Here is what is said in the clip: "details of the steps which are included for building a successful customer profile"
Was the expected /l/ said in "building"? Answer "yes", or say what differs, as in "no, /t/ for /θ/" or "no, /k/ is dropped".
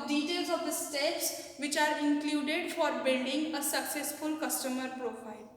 no, /n/ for /l/